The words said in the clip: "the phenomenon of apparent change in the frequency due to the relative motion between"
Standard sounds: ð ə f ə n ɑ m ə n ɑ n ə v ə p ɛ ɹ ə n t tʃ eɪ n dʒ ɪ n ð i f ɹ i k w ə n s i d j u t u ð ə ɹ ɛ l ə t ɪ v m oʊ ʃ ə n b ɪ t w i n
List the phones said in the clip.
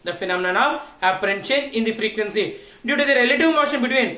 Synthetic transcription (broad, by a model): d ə f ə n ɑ m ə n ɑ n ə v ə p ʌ ɹ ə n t ʃ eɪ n ɪ n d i f ɹ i k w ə n s i d j u t u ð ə ɹ ɛ l ə t ɪ v m oʊ ʃ ə n b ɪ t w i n